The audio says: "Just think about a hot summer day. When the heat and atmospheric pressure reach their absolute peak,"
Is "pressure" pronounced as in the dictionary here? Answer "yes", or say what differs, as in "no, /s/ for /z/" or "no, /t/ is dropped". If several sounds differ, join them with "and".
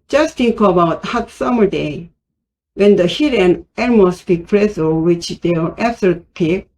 no, /s/ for /ʃ/